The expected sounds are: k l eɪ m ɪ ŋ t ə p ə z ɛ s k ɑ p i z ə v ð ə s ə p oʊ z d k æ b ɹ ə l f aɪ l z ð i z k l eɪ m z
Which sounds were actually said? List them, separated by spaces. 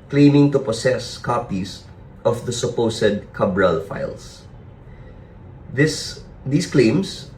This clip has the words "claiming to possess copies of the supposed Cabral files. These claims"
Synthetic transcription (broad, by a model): k l eɪ m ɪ ŋ t ə p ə s ɛ s k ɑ p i s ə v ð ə s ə p oʊ s d k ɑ b ɹ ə l f aɪ l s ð i s k l eɪ m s